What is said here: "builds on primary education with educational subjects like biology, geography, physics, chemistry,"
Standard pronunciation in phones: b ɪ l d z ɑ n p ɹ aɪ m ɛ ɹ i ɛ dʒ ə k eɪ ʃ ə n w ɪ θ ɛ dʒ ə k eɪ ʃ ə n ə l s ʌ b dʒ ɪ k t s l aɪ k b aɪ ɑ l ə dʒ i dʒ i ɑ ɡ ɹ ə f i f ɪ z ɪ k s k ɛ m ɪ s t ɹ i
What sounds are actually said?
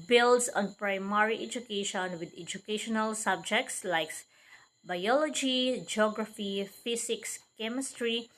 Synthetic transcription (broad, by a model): b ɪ l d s ɑ n p ɹ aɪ m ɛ ɹ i ɛ dʒ ə k eɪ ʃ ə n w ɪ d ɛ dʒ ə k eɪ ʃ ə n ə l s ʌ b dʒ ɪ k t s l aɪ k b aɪ ɑ l ə dʒ i dʒ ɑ ɡ ɹ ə f i f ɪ s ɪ k s k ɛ m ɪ s t ɹ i